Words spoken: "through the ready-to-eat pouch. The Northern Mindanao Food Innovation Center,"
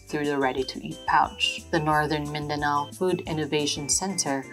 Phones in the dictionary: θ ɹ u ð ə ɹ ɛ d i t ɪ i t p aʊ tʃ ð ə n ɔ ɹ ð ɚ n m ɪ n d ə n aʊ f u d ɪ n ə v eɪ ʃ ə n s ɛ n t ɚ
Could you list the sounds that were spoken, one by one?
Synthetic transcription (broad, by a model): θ ɹ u ð ə ɹ ɛ d i t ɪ i t p aʊ tʃ ð ə n ɔ ɹ ð ɚ n m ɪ n d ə n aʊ f u d ɪ n ə v eɪ ʃ ə n s ɛ n t ɚ